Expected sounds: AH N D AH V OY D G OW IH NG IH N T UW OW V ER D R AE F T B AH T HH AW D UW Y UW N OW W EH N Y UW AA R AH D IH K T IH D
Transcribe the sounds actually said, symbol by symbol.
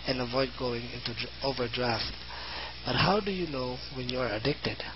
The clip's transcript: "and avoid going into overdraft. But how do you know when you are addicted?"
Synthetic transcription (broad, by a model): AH N AH V OY D G OW IH NG IH N T UW OW V ER D R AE F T B AH T HH AW D UW Y UW N OW W EH N Y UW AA R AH D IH K T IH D